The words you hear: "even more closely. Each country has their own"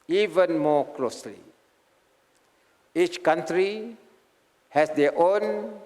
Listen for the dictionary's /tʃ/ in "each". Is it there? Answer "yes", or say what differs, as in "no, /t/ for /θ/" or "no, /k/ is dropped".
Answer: yes